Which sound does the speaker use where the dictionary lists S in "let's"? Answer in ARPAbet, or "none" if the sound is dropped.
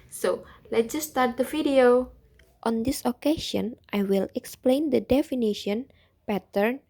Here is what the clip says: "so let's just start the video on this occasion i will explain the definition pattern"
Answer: none